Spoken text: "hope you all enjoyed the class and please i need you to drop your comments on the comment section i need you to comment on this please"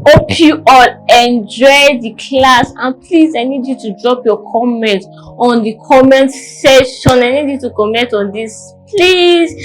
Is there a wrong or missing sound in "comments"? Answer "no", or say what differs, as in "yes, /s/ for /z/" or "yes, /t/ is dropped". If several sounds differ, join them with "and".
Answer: yes, /s/ is dropped